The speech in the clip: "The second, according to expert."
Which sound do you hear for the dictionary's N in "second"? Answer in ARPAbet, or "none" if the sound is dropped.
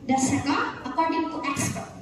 none